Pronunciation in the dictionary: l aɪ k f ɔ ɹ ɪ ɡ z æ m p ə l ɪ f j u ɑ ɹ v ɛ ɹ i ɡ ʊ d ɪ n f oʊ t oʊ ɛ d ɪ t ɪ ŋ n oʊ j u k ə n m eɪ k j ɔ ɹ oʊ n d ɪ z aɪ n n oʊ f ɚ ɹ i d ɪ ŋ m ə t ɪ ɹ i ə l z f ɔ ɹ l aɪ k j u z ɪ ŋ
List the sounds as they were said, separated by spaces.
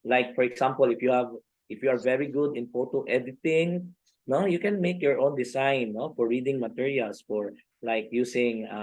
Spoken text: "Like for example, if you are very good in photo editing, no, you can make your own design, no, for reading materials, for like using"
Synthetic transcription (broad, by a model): l aɪ k f ɔ ɹ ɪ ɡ s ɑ m p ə l ɪ f j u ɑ ɹ v ɛ ɹ i ɡ ʊ d ɪ n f oʊ t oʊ ɛ d ɪ t ɪ ŋ n oʊ j u k ə n m eɪ k j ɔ ɹ oʊ n d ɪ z aɪ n n oʊ f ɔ ɹ i d ɪ ŋ m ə t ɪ ɹ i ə l s f ɔ ɹ l aɪ k j u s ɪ ŋ